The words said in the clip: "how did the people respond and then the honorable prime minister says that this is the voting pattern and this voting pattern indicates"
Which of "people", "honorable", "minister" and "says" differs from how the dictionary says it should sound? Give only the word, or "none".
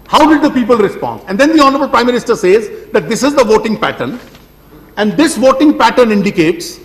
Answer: none